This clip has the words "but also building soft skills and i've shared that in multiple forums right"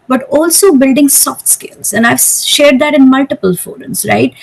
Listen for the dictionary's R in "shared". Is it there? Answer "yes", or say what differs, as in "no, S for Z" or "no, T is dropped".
yes